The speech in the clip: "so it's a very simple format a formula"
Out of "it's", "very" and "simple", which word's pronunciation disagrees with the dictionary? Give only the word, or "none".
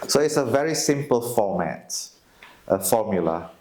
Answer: none